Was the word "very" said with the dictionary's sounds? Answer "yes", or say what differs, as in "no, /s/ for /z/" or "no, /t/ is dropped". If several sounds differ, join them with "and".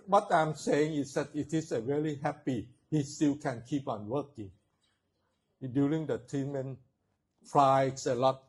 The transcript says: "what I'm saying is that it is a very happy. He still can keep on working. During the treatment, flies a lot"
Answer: no, /l/ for /ɹ/